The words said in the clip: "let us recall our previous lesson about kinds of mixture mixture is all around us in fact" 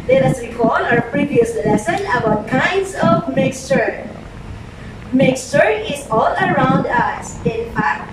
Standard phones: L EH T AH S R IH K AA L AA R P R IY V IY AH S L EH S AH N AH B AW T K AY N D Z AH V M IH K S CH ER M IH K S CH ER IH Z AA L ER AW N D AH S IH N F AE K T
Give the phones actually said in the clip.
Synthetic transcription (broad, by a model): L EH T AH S W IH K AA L AA R P R IY V IY AH S L EH S AH N AH B AW T K AY N D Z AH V M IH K S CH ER M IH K S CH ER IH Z AA L ER AW N D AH S IH N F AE K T